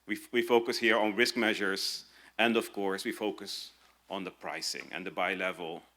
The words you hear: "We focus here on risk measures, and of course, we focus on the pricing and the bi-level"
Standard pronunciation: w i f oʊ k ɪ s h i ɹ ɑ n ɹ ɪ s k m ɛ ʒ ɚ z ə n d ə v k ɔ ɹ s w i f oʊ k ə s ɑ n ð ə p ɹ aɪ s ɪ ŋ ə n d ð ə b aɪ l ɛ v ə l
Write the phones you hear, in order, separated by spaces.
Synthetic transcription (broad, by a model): w i f oʊ k ɪ s h i ɹ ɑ n ɹ ɪ s k m ɛ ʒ ɚ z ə n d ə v k ɔ ɹ s w i f oʊ k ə s ɑ n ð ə p ɹ aɪ s ɪ ŋ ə n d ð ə b aɪ l ɛ v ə l